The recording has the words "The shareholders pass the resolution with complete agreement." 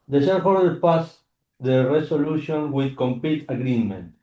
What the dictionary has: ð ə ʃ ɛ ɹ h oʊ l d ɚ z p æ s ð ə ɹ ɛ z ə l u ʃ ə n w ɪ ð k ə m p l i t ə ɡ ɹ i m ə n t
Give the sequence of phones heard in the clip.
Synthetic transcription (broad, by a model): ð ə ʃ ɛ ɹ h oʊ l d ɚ p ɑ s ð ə ɹ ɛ s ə l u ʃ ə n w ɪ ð k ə m p i t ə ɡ ɹ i m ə n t